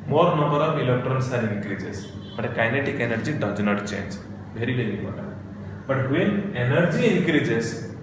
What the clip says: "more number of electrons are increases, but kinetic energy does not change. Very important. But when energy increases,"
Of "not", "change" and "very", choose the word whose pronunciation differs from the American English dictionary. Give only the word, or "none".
very